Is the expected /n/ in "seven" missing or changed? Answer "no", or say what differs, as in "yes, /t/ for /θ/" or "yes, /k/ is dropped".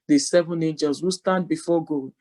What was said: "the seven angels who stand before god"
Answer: no